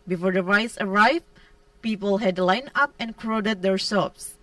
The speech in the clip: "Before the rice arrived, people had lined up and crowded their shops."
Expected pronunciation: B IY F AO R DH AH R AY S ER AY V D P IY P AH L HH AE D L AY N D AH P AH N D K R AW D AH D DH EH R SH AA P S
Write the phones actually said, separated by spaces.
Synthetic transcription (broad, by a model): B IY F AO R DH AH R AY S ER AY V P IY P AH L HH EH D L AY N AH P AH N K R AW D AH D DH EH R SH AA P S